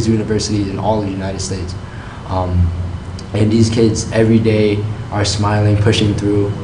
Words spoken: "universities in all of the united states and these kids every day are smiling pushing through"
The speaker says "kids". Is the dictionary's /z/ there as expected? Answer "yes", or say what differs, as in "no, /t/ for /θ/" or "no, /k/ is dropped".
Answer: yes